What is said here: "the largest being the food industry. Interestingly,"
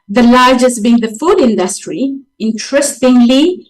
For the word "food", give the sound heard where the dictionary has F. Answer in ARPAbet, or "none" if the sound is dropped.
F